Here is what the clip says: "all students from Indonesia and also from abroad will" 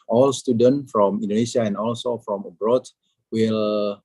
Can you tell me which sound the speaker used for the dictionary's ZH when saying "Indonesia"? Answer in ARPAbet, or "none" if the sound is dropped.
S